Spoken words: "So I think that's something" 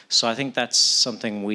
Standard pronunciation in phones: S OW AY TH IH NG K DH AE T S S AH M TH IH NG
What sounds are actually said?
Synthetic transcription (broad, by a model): S OW AY TH IH NG K DH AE T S S AH M TH IH NG